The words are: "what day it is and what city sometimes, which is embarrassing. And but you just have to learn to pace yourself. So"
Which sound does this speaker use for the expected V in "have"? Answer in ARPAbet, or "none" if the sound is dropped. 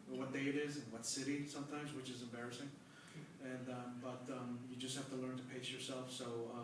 F